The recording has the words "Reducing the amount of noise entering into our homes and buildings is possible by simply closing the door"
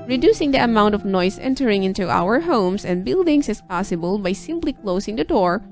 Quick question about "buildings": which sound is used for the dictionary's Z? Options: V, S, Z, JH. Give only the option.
S